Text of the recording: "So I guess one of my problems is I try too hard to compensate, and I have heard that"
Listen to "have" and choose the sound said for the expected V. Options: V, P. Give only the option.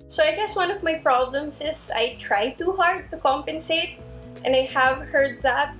V